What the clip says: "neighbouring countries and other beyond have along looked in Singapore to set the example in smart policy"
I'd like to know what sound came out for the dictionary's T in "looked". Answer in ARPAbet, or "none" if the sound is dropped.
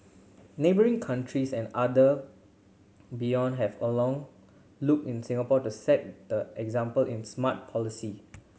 none